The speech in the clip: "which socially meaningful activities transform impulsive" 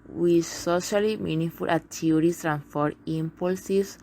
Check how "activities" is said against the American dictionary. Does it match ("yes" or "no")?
no